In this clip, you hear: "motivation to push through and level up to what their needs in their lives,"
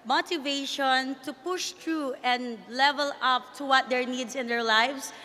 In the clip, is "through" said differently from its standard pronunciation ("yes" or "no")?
yes